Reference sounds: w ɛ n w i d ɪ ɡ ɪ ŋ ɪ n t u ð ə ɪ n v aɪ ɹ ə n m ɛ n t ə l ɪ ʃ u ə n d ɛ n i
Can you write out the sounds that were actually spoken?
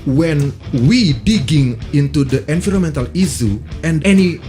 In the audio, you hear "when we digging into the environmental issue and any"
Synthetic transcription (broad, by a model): w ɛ n w i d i ɡ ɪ ŋ ɪ n t u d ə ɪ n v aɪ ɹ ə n m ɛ n t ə l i s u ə n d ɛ n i